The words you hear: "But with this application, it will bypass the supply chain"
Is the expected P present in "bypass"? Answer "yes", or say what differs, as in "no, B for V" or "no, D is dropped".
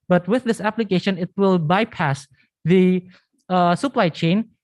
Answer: yes